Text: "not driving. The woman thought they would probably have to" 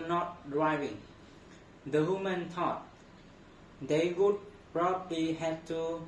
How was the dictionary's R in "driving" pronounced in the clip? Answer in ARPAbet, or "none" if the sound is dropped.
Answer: R